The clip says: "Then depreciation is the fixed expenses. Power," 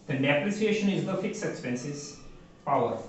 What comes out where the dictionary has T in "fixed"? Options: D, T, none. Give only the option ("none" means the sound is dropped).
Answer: none